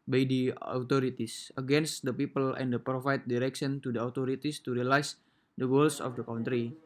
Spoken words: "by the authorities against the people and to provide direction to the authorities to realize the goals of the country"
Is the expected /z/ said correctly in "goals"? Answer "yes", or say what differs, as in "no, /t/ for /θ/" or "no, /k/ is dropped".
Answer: no, /s/ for /z/